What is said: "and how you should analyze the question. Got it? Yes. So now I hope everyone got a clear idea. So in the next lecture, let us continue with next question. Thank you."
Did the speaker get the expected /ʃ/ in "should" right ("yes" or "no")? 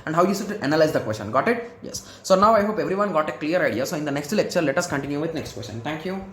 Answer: no